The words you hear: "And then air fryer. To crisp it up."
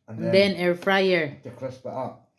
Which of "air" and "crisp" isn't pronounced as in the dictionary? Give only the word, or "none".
crisp